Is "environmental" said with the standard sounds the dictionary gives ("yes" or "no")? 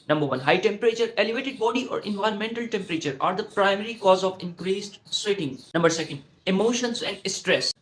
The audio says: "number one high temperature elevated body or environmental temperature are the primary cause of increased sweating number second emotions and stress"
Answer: yes